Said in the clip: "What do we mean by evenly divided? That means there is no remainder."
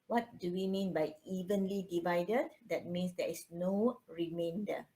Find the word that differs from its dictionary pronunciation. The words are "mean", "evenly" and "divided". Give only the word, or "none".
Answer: none